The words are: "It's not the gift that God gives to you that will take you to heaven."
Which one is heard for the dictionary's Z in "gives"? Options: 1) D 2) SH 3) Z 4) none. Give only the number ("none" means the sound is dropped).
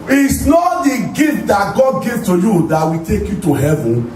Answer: 4